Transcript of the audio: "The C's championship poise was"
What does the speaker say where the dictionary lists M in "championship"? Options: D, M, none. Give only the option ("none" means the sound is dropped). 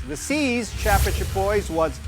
none